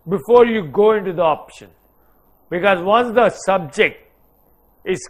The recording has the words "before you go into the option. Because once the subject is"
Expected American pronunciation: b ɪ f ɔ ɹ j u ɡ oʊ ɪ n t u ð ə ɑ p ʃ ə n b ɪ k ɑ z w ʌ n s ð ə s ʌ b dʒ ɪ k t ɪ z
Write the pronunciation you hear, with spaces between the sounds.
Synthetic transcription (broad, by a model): b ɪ f ɔ ɹ j u ɡ oʊ ɪ n t u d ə ɑ p ʃ ə n b ɪ k ɑ z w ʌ n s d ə s ʌ b dʒ ɪ k t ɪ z